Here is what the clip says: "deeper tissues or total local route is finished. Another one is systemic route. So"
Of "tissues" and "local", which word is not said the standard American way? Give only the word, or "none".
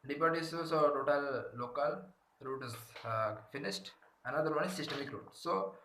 tissues